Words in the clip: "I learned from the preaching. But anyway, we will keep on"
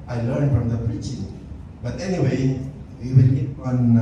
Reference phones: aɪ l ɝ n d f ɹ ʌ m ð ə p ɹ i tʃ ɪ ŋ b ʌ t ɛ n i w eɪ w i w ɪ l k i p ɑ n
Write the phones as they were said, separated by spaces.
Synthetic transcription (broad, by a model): aɪ l ɝ n d f ɹ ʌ m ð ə p ɹ i tʃ ɪ ŋ b ʌ t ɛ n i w eɪ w i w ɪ l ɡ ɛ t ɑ n